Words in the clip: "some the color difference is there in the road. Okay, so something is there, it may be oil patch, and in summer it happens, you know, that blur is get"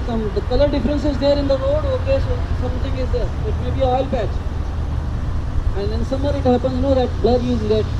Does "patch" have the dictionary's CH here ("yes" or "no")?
no